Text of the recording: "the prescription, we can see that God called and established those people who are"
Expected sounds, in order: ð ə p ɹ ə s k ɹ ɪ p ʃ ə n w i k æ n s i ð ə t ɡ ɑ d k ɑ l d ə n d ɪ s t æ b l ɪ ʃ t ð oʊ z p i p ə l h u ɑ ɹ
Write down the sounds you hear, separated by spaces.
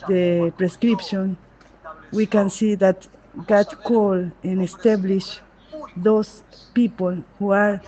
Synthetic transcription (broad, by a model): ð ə p ɹ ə s k ɹ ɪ p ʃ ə n w i k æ n s i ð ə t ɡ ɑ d k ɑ l ə n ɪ s t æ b l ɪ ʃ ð oʊ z p i p ə l h u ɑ ɹ